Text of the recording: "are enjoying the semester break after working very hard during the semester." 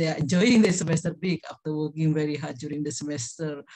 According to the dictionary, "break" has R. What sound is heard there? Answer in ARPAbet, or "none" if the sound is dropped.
none